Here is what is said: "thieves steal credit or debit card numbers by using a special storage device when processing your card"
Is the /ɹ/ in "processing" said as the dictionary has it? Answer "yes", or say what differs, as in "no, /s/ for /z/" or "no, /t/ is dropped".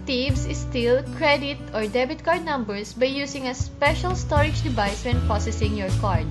no, /ɹ/ is dropped